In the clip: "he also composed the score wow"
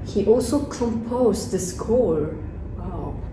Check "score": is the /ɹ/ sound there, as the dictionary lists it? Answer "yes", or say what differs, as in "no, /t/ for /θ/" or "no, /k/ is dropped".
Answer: yes